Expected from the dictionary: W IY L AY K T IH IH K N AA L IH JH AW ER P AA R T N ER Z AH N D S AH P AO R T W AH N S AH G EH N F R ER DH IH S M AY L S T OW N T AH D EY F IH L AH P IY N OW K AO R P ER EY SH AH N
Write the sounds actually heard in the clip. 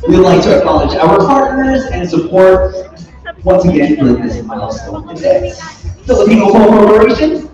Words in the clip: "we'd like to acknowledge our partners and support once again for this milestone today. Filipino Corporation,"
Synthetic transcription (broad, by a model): W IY L AY K T IH IH K N AA L IH JH AW ER P AA R T N ER Z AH N S AH P AO R T W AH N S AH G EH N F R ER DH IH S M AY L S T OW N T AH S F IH L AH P IY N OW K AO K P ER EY SH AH N